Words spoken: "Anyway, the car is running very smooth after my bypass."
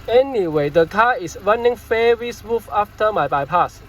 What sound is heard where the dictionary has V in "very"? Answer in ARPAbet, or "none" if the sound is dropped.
F